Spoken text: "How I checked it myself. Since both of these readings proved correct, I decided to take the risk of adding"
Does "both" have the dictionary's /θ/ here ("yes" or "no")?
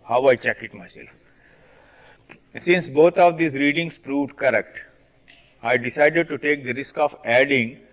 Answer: no